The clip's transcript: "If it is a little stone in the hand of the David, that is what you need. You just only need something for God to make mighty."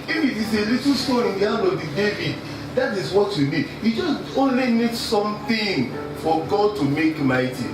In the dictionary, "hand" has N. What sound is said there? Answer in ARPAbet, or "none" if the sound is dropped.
none